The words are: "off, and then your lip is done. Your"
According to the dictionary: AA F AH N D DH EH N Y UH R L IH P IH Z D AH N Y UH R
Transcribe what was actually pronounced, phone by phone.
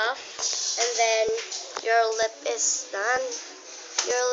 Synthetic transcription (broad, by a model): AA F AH N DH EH N Y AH R L IH P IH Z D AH N Y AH R